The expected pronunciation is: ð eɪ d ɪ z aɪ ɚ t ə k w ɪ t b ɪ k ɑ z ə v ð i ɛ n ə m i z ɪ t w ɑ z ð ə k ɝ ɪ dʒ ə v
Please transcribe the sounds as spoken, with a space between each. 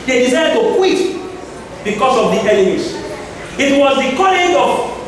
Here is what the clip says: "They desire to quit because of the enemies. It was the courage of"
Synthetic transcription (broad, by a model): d eɪ d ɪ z aɪ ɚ t ə k w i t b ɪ k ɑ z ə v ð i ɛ l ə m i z ɪ t w ɑ z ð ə k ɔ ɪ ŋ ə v